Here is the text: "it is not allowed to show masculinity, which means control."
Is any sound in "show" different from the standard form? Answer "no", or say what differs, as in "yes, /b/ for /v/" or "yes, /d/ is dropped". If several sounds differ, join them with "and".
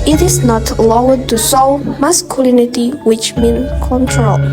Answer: yes, /s/ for /ʃ/